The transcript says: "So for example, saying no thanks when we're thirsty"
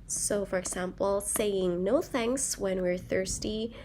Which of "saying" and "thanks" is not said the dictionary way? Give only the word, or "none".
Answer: none